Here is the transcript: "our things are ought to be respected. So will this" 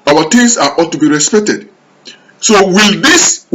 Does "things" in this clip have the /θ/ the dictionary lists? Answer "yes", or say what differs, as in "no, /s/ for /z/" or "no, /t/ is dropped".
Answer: no, /t/ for /θ/